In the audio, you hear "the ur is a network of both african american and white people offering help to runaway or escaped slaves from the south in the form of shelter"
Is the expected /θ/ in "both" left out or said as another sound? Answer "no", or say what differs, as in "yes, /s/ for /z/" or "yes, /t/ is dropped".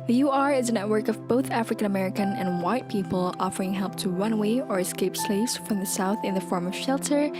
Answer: no